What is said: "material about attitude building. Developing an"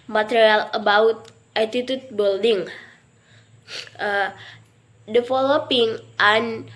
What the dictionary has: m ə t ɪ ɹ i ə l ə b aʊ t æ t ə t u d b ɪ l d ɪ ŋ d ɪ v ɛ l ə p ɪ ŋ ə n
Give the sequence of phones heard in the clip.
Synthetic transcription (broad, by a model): m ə t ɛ ɹ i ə l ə b aʊ t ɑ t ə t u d b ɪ l d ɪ ŋ d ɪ f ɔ l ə p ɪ ŋ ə n